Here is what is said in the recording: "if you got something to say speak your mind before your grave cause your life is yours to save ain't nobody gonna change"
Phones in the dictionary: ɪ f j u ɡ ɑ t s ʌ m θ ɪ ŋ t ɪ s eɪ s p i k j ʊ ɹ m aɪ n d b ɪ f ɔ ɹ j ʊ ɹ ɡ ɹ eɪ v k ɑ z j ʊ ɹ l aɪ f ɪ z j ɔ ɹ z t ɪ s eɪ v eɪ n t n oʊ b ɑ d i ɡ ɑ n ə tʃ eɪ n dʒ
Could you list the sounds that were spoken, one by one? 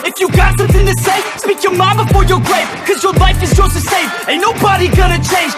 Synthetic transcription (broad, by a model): ɪ f j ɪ ɡ ɑ t s ʌ m θ ɪ ŋ t ɪ s eɪ s p i k j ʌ ɹ m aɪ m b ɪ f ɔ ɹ j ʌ ɹ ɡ ɹ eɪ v k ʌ z j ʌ ɹ l aɪ f ɪ z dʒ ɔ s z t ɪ s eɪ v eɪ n n oʊ b ɑ d i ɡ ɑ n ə tʃ eɪ n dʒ